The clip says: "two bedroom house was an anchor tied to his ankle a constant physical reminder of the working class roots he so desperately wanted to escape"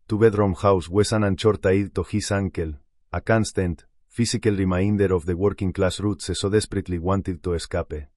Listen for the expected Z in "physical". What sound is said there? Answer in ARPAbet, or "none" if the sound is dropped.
S